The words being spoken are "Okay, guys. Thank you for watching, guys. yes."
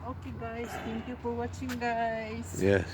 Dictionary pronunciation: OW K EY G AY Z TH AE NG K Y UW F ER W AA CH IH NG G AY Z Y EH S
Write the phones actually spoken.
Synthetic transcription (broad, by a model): OW K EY G AY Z T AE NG K Y UW F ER W AA CH IH NG G AY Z Y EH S